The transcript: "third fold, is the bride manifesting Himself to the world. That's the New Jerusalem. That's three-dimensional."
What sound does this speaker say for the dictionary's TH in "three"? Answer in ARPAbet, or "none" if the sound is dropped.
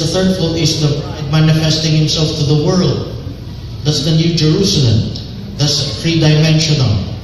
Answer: F